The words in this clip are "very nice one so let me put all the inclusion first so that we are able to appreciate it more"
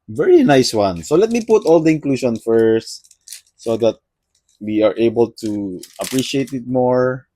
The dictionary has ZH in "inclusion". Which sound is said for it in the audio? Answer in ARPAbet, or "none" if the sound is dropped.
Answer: SH